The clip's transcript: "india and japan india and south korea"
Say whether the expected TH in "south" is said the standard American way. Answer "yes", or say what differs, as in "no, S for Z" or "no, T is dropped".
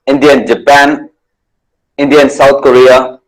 no, T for TH